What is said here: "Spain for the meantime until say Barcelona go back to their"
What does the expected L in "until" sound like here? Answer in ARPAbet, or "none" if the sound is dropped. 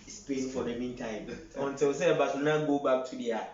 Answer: W